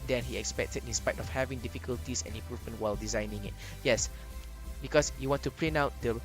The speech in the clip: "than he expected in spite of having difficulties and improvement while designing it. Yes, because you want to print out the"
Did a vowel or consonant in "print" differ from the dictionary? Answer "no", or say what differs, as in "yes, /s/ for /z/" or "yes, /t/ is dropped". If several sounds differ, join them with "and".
yes, /l/ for /ɹ/ and /t/ is dropped